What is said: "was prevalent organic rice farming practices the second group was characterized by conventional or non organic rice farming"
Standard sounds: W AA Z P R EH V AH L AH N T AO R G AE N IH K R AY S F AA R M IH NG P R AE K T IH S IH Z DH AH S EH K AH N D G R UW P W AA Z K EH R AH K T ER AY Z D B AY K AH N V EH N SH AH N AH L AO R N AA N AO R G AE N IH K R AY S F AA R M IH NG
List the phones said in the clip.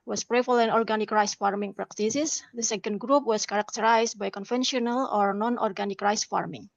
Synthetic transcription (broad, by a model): W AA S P R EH F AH L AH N AO R G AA N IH K R AY S F AA R M IH NG P R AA K T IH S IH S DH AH S EH K AH N D G R UW P W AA S K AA R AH K T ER AY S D B AY K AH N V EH N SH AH N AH L AO R N AA N AO R G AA N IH K R AY S F AA R M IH NG